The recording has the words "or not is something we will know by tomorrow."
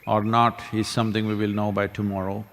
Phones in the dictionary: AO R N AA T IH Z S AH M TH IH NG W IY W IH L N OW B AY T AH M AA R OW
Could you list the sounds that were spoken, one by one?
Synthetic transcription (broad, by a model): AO R N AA T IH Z S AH M T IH NG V IY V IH L N OW B AY T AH M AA R OW